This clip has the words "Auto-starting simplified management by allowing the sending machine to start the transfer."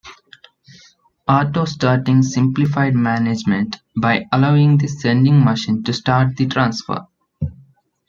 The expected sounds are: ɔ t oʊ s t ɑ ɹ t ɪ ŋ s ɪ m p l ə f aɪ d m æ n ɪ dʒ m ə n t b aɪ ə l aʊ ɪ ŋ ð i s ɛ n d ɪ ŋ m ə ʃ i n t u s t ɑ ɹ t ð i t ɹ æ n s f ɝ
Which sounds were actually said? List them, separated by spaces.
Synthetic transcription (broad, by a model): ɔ t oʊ s t ɑ ɹ t ɪ ŋ s ɪ m p l ə f aɪ d m æ n ɪ dʒ m ə n t b aɪ ə l aʊ ɪ ŋ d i s ɛ n d ɪ ŋ m ə ʃ i n t u s t ɑ ɹ t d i t ɹ æ n s f ɝ